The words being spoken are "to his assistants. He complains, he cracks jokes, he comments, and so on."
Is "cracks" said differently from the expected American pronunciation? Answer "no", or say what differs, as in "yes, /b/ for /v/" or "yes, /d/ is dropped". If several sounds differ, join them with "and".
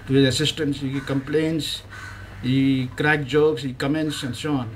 yes, /s/ is dropped